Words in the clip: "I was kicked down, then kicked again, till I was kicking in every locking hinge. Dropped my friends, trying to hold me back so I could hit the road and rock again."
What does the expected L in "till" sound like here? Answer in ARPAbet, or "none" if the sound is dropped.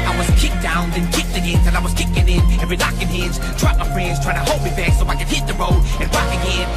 N